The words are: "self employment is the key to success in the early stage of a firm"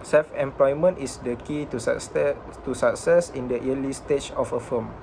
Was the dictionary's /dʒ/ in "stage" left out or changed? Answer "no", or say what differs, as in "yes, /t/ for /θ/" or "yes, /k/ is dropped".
yes, /tʃ/ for /dʒ/